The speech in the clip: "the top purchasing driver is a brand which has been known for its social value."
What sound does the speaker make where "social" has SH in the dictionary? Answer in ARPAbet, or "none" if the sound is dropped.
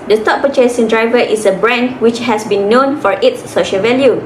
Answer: SH